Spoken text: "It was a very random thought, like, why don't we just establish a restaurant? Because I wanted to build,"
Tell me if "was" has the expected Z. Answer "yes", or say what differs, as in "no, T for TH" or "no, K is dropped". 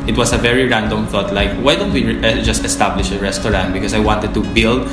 no, S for Z